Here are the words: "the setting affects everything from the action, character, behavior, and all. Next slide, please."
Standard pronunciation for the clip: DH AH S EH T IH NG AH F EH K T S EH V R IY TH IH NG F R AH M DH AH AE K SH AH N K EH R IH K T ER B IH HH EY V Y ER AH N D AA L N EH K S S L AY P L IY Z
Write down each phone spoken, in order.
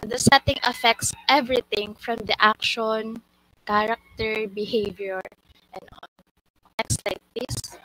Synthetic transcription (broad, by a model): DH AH S EH T IH NG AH F EH K T S EH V R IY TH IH NG F R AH M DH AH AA K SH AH N K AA R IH K T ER B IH HH EY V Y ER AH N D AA N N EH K S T L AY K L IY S